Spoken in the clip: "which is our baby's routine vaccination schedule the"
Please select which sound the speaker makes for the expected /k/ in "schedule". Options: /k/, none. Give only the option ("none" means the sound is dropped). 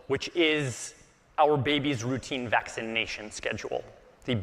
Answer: /k/